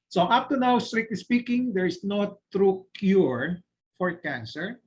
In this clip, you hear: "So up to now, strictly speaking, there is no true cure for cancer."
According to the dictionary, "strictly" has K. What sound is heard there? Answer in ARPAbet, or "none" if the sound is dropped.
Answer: none